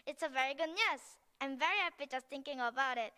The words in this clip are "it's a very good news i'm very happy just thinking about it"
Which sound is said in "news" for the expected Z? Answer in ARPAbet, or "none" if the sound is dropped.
S